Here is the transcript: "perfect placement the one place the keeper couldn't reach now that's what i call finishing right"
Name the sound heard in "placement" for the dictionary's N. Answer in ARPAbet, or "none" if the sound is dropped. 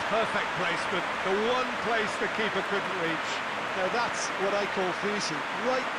none